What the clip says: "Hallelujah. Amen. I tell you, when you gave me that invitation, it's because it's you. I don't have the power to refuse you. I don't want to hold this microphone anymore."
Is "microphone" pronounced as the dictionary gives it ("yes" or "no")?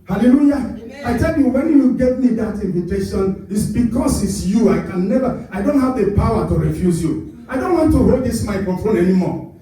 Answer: no